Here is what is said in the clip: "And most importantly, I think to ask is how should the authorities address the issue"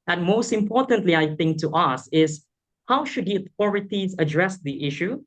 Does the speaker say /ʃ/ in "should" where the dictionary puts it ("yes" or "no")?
yes